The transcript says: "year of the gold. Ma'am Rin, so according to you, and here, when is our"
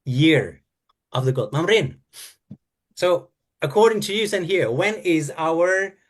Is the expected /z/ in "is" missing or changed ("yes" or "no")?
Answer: no